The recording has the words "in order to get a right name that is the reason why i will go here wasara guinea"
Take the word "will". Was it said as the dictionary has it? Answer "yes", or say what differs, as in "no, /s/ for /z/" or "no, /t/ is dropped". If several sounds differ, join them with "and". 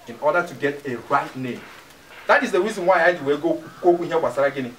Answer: no, /w/ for /l/